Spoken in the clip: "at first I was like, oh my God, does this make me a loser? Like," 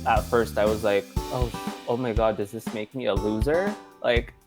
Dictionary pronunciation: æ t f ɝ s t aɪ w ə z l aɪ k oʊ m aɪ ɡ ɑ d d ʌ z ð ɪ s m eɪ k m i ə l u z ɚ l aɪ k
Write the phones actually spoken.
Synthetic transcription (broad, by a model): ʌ t f ɝ s t aɪ w ə z l aɪ k oʊ m aɪ ɡ ɑ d d ʌ z ð ɪ s m eɪ k m i ə l u z ɚ l aɪ k